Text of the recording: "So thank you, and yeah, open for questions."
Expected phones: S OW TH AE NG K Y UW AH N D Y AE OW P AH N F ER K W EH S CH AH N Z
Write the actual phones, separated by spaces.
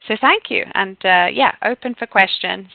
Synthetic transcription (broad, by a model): S OW TH AE NG K Y UW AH N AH Y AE OW P AH N F ER K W EH S CH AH N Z